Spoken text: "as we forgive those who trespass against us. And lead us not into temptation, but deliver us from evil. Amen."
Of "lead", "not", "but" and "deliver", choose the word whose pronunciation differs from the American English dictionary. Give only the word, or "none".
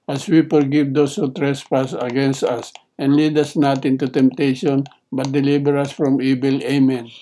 deliver